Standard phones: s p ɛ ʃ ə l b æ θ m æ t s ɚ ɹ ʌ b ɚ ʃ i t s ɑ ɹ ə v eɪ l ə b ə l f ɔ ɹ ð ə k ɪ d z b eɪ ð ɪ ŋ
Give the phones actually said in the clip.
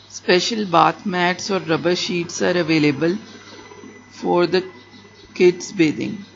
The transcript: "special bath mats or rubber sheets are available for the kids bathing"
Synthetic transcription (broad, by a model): s p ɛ ʃ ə l b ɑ t m æ t s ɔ ɹ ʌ b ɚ ʃ i t s ɑ ɹ ə v eɪ l ə b ə l f ɔ ɹ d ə k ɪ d s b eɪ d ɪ ŋ